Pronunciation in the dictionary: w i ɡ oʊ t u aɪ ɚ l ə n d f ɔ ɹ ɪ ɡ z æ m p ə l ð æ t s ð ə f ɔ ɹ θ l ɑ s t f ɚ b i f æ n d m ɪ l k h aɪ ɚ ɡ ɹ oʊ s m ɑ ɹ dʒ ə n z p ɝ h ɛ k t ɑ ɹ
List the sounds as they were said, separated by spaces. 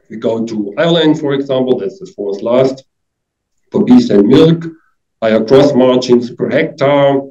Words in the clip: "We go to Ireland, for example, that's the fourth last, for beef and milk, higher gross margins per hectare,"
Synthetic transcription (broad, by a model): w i ɡ oʊ t u aɪ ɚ l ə n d f ɔ ɹ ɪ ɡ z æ m p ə l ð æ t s ð ə f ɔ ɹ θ l ɑ s t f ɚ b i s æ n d m ɪ l k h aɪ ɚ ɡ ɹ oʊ s m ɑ ɹ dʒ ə n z p ɝ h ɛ k t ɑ